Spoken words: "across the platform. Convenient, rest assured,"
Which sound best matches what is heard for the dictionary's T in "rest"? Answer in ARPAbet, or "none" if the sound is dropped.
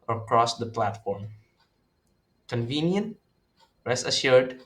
none